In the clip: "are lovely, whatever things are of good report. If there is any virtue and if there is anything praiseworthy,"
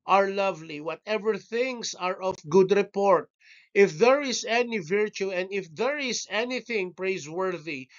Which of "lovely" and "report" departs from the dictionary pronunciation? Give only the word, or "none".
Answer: none